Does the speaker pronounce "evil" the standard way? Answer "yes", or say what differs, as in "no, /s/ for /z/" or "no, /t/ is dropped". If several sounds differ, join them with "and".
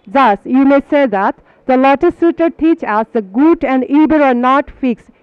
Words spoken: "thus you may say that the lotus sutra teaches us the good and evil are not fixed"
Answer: no, /b/ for /v/